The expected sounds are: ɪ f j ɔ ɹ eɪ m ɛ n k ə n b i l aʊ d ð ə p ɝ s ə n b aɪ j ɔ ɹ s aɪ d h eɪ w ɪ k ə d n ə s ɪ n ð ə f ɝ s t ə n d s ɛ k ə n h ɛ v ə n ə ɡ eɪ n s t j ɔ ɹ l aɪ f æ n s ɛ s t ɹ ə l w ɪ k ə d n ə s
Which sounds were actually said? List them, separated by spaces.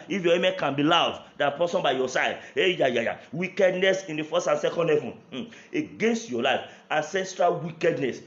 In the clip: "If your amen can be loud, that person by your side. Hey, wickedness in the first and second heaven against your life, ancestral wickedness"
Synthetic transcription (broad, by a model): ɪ f j ɔ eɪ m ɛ k ə n b i l aʊ d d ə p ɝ s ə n b aɪ j ɔ s aɪ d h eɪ w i k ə d n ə s ɪ n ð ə f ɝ s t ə n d s ɛ k ə n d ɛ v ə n ə ɡ eɪ n s t j ɔ l aɪ f æ n s ɛ s t ɹ ə l w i k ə d n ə s